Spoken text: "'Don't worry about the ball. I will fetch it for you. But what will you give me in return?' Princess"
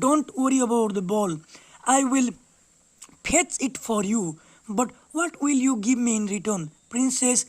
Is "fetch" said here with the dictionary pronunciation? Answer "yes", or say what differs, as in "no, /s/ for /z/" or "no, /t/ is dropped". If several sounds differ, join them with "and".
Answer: no, /p/ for /f/